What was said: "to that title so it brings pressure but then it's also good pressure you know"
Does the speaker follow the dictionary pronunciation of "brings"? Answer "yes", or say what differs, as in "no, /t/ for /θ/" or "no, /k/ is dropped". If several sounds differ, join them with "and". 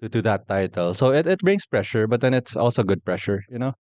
no, /s/ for /z/